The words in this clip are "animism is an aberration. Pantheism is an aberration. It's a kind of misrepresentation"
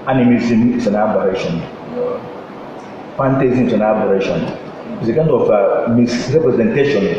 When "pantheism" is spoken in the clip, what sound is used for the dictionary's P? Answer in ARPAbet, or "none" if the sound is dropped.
F